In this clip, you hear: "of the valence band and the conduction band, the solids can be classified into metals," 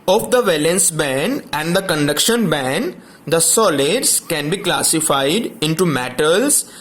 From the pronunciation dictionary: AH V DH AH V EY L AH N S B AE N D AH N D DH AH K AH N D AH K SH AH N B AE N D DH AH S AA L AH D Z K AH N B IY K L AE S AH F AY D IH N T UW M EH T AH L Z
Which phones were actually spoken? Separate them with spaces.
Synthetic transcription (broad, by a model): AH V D AH V EY L AH N S B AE N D AH N D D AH K AH N D AH K SH AH N B AE N D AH S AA L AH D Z K AH N B IY K L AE S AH F AY D IH N T UW M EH T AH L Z